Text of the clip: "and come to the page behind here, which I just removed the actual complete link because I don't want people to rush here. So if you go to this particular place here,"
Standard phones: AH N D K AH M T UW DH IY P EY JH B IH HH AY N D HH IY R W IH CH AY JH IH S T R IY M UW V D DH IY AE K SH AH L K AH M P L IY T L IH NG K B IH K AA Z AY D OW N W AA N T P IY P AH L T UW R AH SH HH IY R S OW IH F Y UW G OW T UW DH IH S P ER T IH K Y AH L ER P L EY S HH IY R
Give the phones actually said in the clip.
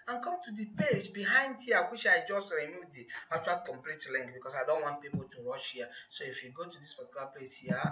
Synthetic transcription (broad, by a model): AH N K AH M T UW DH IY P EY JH B IH HH AY N D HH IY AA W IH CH AY JH IH S T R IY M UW D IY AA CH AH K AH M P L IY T L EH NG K B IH K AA S AY D OW N W AA N T P IY P AH L T UW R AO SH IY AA S OW IH F Y UW G OW T UW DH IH S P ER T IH K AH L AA P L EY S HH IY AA